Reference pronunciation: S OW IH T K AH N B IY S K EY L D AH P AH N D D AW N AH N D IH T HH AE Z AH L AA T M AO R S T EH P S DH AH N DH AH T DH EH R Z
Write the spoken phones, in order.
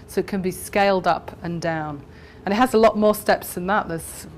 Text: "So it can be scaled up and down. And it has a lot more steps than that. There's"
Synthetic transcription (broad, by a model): S OW IH T K AH N B IY S K EY L D AH P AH N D D AW N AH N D IH T HH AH Z AH L AA T M AO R S T EH P S DH AH N DH AH T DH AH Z